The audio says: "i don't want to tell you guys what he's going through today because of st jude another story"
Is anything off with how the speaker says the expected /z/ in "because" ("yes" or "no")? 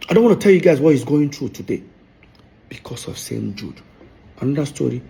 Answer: yes